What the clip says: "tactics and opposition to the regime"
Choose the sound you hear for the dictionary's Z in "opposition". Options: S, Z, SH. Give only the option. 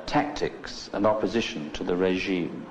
Z